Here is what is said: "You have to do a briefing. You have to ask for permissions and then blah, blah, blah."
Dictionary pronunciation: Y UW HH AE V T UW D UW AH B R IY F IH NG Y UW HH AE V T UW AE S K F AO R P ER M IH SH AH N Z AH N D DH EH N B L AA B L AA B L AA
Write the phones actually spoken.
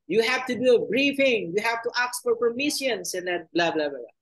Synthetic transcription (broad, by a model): Y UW HH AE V T UW D UW AH B R IY F IH NG Y UW HH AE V T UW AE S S F AO R P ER M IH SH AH N S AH N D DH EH L B L AA B L AA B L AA